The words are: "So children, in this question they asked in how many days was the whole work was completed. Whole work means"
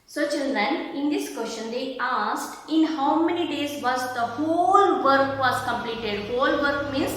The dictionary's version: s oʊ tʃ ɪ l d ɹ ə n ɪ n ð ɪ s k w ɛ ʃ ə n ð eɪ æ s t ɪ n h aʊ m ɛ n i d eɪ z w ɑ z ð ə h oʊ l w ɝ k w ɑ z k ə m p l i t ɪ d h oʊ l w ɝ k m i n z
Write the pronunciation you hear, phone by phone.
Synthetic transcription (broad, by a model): s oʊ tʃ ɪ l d ə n ɪ n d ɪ s k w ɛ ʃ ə n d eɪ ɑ s t ɪ n h aʊ m ɛ n i d eɪ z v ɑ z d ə h oʊ l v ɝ k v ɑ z k ə m p l i t ɪ d h oʊ l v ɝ k m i n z